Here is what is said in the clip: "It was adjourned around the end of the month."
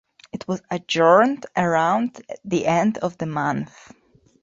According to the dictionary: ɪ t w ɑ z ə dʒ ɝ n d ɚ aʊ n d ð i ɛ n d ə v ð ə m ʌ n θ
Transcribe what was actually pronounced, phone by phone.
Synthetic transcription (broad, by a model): ɪ t w ɑ z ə dʒ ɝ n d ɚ aʊ n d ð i ɛ n d ə v ð ə m ʌ n θ